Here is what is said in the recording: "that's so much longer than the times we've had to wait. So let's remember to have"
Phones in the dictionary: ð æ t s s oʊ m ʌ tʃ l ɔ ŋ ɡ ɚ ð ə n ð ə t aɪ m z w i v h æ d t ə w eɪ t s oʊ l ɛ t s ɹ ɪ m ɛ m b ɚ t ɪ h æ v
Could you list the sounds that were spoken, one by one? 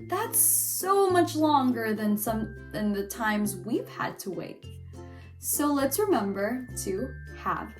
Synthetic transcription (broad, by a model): ð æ t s s oʊ m ʌ tʃ l ɔ ŋ ɡ ɚ ð ə n ð ə t aɪ m z w i v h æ d t ə w eɪ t s oʊ l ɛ t s ɹ ɪ m ɛ m b ɚ t ɪ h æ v